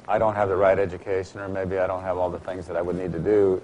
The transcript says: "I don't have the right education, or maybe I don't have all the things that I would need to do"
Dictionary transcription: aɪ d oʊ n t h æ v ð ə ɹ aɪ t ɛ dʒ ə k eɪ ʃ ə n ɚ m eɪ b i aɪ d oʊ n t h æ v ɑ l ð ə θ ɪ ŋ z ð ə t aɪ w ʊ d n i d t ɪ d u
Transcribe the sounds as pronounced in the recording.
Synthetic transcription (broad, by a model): aɪ d oʊ n t h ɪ v ð ə ɹ aɪ t ɛ dʒ ə k eɪ ʃ ə n ɚ m eɪ b i aɪ d oʊ n t h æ v ɑ l ð ə θ ɪ ŋ z ð ə t aɪ w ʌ d n i d t ɪ d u